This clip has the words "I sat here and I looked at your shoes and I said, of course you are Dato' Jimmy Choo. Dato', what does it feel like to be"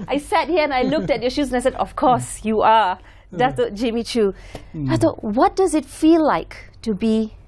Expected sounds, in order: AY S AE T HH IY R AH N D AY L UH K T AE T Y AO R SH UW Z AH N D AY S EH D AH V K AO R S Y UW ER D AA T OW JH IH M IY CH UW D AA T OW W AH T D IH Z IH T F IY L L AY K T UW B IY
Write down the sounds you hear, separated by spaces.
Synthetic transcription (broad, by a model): AY S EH T HH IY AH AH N AY L UH K T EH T Y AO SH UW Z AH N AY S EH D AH F K AO S Y UW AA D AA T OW JH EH M IY CH UW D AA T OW W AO T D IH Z IH T F IY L L AY K T UW B IY